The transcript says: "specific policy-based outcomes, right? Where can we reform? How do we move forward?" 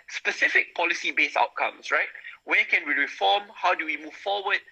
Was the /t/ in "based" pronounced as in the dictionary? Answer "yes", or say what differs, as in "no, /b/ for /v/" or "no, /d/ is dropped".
no, /t/ is dropped